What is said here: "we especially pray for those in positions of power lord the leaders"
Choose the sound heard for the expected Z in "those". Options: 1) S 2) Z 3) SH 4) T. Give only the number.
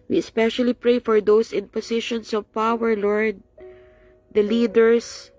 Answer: 1